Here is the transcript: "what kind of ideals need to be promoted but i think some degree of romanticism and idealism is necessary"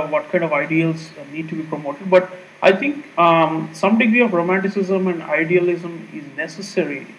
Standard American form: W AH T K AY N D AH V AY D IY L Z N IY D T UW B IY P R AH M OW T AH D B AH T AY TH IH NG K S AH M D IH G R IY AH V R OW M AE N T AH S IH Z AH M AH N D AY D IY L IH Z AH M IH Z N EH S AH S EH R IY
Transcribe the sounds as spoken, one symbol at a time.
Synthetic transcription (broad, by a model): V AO T K AY N D AH V AY D IY L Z N IY D T UW B IY P R AH M OW T AH D B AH T AY T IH NG K S AH M D IH G R IY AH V R OW M AE N T AH S IH Z AH M AH N D AY D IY L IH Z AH M IH Z N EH S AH S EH R IY